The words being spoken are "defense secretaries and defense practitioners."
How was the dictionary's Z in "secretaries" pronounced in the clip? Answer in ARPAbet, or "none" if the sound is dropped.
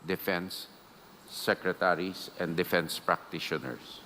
S